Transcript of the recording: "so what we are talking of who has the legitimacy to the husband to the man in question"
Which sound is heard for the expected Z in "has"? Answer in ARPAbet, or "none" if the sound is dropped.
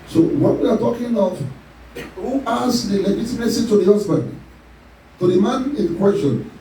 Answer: S